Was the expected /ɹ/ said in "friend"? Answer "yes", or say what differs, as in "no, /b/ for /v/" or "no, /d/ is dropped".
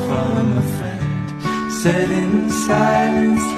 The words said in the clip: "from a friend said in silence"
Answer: no, /ɹ/ is dropped